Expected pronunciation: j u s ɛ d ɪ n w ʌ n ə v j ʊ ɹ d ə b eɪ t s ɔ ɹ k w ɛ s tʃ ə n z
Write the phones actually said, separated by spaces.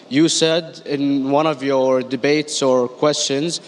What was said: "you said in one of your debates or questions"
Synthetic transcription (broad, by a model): j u s ɛ d ɪ n w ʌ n ə v j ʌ ɹ d ə b eɪ t s ɔ ɹ k w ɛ s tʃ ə n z